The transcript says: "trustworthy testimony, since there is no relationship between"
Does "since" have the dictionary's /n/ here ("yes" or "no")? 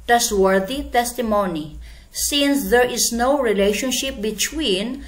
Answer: yes